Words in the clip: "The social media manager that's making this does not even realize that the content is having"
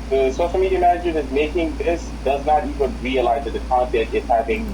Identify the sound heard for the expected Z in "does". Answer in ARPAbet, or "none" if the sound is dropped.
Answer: Z